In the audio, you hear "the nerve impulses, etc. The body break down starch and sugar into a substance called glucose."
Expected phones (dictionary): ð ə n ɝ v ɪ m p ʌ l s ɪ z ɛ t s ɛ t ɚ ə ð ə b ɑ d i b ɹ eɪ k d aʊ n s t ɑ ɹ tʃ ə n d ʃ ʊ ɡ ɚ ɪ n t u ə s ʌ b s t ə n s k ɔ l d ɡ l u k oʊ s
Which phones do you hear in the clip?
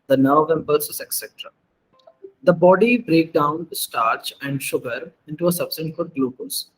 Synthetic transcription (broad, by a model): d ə n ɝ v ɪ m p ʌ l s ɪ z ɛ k s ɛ t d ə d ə b ɑ d i b ɹ eɪ k d aʊ n s t ɑ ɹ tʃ ə n d ʃ ʊ ɡ ɚ ɪ n t u ə s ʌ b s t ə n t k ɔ d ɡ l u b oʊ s